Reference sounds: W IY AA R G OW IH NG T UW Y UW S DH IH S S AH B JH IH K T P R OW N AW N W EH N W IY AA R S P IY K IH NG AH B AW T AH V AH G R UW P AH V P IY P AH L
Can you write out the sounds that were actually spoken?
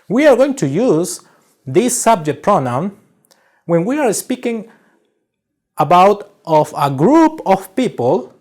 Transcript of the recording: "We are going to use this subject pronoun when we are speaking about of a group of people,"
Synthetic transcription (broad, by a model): W IY AA R G OW IH NG T UW Y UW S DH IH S S AH B JH IH K T P R OW N AW N W EH N W IY AA R S P IY K IH NG AH B AW T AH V AH G R UW P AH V P IY P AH L